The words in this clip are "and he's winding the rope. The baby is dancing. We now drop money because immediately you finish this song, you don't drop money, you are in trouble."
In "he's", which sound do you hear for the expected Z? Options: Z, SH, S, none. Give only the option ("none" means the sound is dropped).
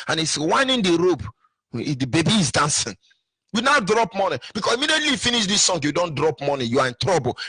S